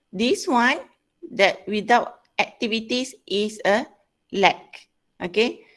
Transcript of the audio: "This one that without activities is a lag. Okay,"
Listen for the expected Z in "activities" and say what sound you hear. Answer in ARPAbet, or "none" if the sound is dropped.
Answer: S